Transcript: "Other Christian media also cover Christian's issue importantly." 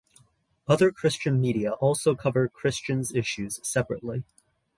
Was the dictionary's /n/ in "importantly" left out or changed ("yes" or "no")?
yes